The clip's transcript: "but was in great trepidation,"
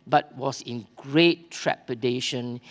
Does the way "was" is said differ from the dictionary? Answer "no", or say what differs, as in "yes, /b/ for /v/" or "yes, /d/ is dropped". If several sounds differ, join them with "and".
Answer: yes, /s/ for /z/